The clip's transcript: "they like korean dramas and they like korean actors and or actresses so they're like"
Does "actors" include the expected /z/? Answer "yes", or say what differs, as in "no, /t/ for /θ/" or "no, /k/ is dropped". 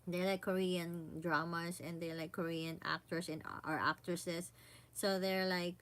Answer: no, /s/ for /z/